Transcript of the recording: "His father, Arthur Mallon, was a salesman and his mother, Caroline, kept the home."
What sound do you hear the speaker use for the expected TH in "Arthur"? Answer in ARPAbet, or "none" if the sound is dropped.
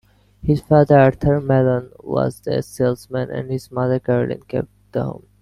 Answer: T